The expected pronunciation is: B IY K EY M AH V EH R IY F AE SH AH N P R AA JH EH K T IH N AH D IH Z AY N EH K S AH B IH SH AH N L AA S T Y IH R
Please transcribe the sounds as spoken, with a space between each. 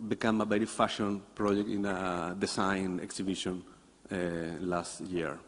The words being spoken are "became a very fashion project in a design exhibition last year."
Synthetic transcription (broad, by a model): B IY K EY M AH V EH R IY F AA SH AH N P R AA JH EH K T IH N AH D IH S AY N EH K S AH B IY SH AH N L AA S T Y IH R